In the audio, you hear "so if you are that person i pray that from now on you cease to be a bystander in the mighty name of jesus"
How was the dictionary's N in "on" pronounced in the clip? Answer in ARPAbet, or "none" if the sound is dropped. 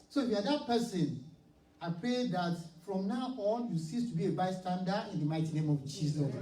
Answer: L